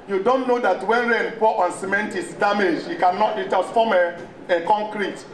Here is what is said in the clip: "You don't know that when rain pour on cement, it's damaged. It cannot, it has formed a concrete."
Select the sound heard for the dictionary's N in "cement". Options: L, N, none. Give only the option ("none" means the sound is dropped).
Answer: N